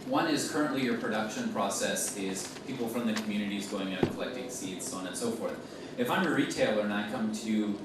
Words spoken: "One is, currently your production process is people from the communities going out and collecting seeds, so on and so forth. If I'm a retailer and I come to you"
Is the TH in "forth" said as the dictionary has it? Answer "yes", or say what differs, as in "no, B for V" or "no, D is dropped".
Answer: yes